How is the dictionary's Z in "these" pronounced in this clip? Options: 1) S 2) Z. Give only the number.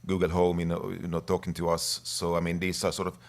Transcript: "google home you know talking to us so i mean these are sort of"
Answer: 1